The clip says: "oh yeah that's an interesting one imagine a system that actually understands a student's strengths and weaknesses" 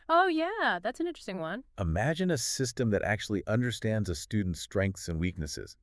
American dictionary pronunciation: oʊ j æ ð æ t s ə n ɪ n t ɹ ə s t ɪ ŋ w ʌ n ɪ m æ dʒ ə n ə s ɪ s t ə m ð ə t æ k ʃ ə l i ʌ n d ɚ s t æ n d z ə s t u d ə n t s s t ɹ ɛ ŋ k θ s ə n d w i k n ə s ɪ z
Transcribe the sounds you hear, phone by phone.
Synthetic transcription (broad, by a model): oʊ j æ ð æ t s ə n ɪ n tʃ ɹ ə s t ɪ ŋ w ʌ n ɪ m æ dʒ ə n ə s ɪ s t ə m ð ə t æ k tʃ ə l i ʌ n d ɚ s t æ n d z ə s t u d n t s s t ɹ ɛ ŋ k θ s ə n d w i k n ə s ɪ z